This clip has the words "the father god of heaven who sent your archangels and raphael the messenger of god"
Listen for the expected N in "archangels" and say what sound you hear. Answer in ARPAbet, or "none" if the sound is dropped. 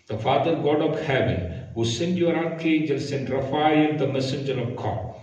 none